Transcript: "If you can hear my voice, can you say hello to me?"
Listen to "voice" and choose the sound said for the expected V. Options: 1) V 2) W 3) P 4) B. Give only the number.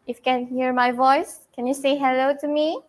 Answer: 1